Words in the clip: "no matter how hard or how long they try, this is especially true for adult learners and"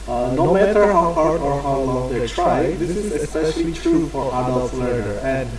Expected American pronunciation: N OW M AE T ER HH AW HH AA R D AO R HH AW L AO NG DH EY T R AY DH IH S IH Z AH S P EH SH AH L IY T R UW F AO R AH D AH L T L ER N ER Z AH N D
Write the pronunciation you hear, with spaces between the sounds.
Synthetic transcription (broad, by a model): N OW M AE T ER HH AW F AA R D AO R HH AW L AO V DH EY T R AY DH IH S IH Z AH S P EH SH AH L IY T R UW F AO R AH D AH L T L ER ER AH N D